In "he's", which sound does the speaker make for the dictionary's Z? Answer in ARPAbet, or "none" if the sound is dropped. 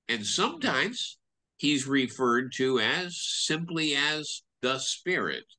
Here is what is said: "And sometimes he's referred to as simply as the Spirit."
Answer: Z